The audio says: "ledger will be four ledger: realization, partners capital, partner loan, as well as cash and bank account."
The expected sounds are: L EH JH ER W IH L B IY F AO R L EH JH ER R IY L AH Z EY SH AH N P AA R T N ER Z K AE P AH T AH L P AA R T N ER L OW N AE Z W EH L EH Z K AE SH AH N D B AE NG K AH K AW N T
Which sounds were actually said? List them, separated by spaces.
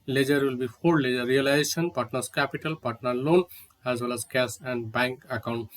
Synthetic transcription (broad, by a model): L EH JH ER W IH L B IY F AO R L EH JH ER R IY L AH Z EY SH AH N P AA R T N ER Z K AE P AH T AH L P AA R T N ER L OW N AE Z W EH L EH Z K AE S AH N D B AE NG K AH K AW N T